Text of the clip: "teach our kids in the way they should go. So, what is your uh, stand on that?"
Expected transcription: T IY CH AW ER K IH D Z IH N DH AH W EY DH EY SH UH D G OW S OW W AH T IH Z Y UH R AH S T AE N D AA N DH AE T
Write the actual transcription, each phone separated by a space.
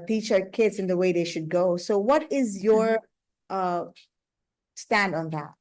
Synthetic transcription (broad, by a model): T IY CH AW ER K IH D Z IH N DH AH W EY DH EY SH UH D G OW S OW W AH T IH Z Y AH R AH S T AE N D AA N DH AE T